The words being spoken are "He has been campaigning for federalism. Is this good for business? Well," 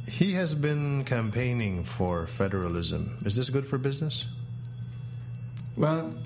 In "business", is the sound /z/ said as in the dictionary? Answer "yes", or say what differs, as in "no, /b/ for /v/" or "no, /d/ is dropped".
yes